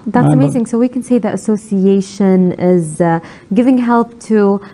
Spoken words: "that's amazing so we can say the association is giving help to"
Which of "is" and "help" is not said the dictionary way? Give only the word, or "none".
none